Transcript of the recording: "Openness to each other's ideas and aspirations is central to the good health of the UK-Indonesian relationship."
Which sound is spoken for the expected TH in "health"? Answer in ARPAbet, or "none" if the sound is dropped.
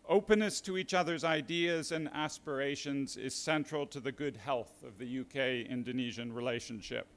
TH